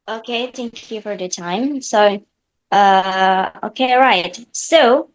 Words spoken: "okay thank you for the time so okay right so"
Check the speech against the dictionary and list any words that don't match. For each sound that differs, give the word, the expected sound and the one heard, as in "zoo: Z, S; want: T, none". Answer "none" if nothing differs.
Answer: none